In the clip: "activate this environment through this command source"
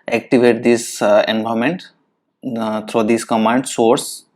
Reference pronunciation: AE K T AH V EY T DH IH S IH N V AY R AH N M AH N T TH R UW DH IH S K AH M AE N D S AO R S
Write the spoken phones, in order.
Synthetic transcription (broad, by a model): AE K T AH V EY T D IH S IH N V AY AH M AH N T T R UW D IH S K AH M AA N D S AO R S